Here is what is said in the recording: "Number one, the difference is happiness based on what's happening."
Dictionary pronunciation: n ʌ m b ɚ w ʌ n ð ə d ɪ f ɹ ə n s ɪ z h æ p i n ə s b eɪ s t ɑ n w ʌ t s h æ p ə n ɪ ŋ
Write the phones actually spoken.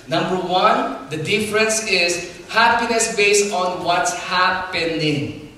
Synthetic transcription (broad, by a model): n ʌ m b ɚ w ʌ n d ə d ɪ f ɹ ə n s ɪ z h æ p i n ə s b eɪ s t ɑ n w ʌ t s h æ p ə n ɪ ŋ